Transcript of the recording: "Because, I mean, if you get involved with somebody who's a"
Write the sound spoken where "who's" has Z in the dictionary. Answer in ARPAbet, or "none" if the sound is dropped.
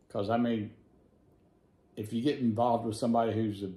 Z